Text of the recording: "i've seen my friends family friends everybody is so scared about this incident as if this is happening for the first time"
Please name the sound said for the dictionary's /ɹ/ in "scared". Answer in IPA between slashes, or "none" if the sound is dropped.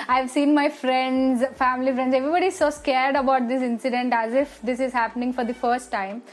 /ɹ/